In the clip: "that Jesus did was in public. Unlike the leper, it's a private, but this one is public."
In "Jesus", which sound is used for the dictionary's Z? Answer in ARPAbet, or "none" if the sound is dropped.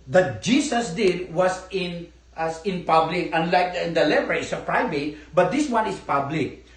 S